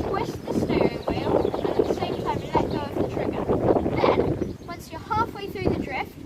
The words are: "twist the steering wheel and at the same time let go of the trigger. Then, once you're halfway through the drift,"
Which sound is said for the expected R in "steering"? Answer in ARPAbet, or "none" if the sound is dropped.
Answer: none